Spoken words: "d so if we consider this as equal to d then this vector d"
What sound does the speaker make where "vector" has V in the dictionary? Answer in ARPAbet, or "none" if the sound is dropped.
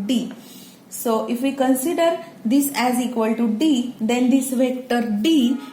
V